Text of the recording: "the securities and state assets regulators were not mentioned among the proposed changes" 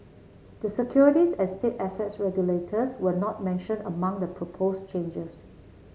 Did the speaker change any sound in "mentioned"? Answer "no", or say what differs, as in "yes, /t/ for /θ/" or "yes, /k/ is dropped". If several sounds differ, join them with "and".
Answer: yes, /d/ is dropped